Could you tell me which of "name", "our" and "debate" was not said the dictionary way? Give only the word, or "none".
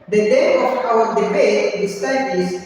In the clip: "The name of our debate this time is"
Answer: name